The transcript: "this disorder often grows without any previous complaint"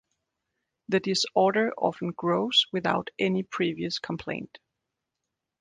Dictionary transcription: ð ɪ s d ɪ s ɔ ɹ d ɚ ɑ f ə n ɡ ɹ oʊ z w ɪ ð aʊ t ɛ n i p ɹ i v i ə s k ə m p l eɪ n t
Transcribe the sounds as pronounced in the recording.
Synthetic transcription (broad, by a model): ð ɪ d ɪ s ɔ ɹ d ɚ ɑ f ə n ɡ ɹ oʊ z w ɪ ð aʊ t ɛ n i p ɹ i v i ə s k ə m p l eɪ n t